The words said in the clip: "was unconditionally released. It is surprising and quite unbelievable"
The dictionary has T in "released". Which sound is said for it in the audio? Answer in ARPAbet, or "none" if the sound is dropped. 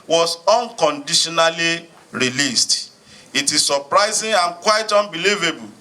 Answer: T